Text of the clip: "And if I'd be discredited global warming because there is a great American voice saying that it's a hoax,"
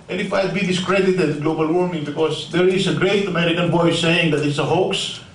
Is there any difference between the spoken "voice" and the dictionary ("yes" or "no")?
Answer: yes